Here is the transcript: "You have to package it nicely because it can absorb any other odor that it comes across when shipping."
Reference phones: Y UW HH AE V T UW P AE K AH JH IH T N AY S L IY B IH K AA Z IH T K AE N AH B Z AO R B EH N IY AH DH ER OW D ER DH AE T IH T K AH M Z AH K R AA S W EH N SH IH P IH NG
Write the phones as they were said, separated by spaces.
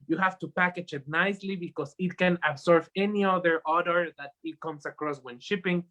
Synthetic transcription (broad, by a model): Y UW HH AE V T UW P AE K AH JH IH T N AY S L IY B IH K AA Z IH T K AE N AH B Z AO R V EH N IY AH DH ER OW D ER DH AE T IH T K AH M S AH K R AA S W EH N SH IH P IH NG